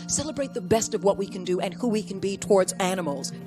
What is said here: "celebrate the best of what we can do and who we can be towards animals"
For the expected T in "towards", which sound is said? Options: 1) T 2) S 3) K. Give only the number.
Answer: 1